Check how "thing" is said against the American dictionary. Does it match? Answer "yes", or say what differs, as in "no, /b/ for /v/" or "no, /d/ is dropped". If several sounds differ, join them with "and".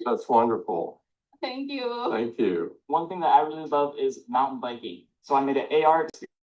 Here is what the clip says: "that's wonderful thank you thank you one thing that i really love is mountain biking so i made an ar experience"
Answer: yes